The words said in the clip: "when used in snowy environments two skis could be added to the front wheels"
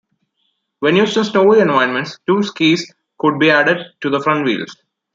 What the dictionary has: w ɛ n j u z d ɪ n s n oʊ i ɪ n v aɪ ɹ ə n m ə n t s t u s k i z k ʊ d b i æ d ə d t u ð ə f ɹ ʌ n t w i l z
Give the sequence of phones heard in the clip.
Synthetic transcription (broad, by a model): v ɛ n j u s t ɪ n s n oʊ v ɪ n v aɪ ə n m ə n t s t u s k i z k ʊ d b i æ d ə d t u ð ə f ɹ ʌ n t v i l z